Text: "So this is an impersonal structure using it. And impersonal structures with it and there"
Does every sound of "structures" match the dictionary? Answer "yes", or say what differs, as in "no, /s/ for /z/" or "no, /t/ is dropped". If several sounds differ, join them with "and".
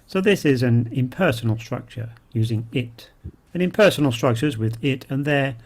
yes